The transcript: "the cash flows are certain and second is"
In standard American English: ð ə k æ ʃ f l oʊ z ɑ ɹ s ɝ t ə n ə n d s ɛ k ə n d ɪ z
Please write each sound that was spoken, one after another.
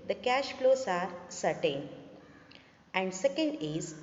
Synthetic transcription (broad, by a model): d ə k æ ʃ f l oʊ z ɑ ɹ s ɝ t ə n ə n d s ɛ k ə n d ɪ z